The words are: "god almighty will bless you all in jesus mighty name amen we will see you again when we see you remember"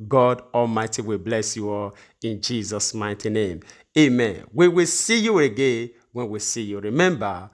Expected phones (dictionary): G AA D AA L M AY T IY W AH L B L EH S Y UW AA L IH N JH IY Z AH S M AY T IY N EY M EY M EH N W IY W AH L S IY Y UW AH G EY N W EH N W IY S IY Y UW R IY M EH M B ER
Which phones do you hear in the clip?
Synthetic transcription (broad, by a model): G AA D AA L M AY T IY W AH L B L EH S Y UW AA L IH N JH IY Z AH S M AY T IY N EY M EY M EH N W IY W AH L S IY Y UW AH G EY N W EH N W IY S IY Y UW R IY M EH M B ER